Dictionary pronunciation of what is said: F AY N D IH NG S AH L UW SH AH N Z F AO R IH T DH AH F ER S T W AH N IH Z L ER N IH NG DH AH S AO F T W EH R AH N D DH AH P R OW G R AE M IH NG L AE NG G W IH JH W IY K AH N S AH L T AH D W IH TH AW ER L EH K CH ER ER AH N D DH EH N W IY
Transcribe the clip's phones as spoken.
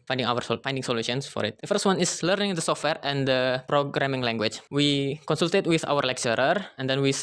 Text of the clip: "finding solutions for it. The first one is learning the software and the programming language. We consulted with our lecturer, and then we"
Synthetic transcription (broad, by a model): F AY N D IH NG S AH L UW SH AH N S F AO R IH T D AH F ER S T W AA N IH S L ER N IH NG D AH S AO F T W EH R AH N D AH P R OW G R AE M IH NG L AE NG G W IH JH W IY K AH N S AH L T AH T W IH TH AW ER L EH K CH ER ER AH N D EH N W IY